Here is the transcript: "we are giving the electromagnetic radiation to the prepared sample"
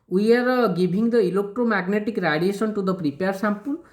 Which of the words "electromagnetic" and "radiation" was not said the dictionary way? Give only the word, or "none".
radiation